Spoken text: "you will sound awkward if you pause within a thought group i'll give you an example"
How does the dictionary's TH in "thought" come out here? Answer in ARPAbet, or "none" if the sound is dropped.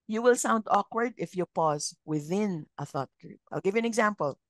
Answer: TH